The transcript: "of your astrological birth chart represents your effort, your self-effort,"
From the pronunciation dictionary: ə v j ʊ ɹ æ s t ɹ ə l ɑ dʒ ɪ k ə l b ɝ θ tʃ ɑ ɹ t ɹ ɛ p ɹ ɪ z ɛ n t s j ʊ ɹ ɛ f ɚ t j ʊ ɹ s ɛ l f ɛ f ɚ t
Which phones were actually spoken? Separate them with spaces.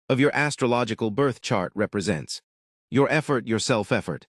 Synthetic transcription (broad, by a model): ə v j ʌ ɹ æ s t ɹ ə l ɑ dʒ ɪ k ə l b ɝ θ tʃ ɑ ɹ t ɹ ɛ p ɹ ɪ z ɛ n t s j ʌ ɹ ɛ f ɚ t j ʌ ɹ s ɛ l f ɛ f ɚ t